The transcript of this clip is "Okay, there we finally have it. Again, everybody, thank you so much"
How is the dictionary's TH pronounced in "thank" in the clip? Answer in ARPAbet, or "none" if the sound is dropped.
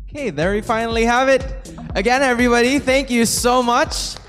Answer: TH